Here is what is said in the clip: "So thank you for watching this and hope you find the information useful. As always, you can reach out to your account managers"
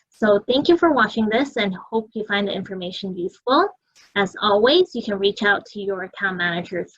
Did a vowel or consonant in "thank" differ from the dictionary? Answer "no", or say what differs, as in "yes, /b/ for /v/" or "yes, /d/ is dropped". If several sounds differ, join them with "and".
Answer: no